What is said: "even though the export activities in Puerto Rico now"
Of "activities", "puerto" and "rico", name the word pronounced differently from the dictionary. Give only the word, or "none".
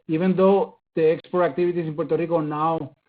activities